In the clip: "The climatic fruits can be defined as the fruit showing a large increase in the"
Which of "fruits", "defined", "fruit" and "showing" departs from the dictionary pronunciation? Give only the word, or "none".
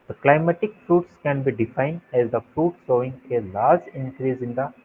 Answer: showing